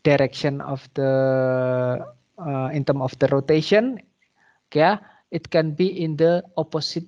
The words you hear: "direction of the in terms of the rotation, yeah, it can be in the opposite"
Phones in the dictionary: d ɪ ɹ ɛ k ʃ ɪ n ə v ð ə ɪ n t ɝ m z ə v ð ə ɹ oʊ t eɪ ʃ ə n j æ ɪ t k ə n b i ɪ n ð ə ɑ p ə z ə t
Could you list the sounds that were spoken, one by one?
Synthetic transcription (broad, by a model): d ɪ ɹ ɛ k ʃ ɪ n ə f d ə ɪ n t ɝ m ə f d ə ɹ oʊ t eɪ ʃ ə n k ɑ ɪ t k ə n b i ɪ n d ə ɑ p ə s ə t